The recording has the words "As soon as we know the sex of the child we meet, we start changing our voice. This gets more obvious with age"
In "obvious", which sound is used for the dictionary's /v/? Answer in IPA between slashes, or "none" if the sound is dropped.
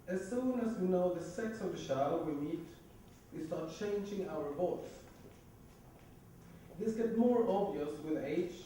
/v/